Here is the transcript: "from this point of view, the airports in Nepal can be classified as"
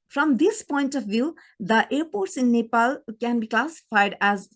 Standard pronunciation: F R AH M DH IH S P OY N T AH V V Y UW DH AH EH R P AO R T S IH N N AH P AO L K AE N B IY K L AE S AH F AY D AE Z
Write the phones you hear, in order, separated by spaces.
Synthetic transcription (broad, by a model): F R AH M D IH S P OY N T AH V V Y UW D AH EH R P AO R T S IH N N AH P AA L K AE N B IY K L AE S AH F AY D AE Z